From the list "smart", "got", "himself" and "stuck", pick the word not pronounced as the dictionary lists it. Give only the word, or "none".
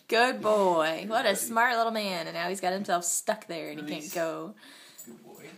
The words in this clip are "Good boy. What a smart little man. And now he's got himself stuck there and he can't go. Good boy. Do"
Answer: none